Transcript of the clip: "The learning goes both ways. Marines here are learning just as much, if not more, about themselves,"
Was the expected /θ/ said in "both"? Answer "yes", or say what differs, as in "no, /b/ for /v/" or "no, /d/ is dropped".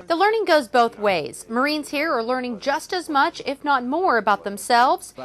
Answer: yes